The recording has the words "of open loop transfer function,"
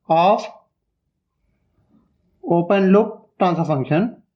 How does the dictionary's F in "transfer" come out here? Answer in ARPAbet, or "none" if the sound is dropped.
none